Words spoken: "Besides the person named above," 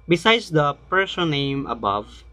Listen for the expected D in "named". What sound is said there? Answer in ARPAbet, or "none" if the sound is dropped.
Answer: none